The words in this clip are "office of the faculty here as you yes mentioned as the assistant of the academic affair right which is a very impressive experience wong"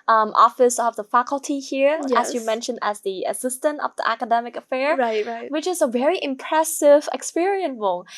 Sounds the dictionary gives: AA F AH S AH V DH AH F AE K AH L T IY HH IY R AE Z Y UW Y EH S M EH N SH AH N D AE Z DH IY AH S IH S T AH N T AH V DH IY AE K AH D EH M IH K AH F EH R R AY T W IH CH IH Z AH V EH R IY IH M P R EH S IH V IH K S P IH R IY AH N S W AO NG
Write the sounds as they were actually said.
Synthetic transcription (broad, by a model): AA F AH S AH V DH AH F AE K AH L T IY HH IY R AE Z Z Y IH M EH N SH AH N D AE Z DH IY AH S IH S T AH N T AH V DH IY AE K AH D EH M IH K AH F EH R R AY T W IH CH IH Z AH V EH R IY IH M P R EH S IH V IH K S P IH R IY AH N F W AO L